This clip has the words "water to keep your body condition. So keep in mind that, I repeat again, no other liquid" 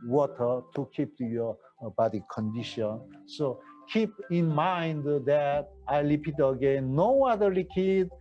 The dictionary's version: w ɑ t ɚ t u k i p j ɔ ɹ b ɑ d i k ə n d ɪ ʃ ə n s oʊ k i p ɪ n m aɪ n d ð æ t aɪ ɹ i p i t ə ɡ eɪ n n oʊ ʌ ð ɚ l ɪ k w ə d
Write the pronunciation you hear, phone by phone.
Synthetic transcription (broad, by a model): w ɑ t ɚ t u k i p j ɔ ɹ b ɑ d i k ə n d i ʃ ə n s oʊ k i p ɪ n m aɪ n d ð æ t aɪ l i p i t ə ɡ eɪ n n oʊ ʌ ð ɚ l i k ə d